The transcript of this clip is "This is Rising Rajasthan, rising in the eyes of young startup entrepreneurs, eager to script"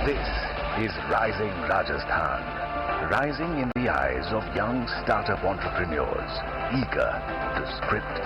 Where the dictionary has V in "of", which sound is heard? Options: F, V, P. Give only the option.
V